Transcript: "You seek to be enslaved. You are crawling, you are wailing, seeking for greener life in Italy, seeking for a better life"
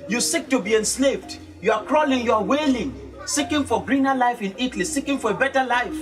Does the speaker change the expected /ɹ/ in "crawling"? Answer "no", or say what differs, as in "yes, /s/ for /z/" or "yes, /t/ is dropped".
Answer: no